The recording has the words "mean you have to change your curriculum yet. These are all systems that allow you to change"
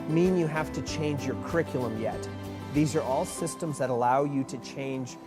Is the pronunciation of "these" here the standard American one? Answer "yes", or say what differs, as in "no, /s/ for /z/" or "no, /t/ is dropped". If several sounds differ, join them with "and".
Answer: yes